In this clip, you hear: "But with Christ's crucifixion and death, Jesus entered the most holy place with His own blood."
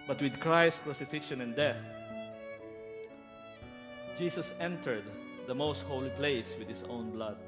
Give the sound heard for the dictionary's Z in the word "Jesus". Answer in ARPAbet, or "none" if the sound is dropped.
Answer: S